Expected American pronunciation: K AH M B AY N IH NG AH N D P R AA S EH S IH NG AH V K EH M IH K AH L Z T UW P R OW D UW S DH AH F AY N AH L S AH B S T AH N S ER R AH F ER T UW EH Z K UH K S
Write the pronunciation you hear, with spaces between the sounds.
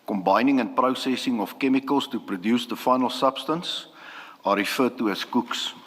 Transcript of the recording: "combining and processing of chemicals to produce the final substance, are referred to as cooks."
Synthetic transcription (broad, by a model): K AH M B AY N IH NG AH N P R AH S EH S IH NG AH F K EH M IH K AH L S T UW P R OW D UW S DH AH F AY N AH L S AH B S T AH N S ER R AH F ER T UW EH S K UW K S